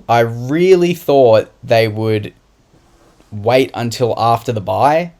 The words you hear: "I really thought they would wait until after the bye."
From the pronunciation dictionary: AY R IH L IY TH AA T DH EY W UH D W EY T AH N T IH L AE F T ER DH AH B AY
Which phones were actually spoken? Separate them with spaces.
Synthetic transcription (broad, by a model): AY R IH L IY TH AA T DH EY W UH D W EY T AH N T IH L AE F T ER DH AH B AY